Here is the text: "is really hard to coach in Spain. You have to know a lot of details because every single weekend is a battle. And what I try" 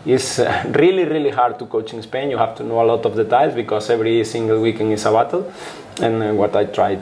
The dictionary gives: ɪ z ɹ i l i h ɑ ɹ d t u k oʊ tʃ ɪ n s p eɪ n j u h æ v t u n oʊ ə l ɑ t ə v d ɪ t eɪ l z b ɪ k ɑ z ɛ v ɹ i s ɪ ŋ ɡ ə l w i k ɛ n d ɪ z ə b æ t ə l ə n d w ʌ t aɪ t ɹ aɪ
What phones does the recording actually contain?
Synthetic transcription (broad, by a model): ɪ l ɹ i l i h ɑ ɹ d t u k oʊ tʃ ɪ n s p eɪ n j u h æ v t u n oʊ ə l ɑ t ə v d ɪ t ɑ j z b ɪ k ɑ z ɛ v ɹ i s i ŋ ɡ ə l w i k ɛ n ɪ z ə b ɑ t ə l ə n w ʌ t aɪ t ɹ aɪ